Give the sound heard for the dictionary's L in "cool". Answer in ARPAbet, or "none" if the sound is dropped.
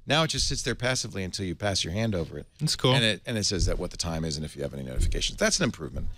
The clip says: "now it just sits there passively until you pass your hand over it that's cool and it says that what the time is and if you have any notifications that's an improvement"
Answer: N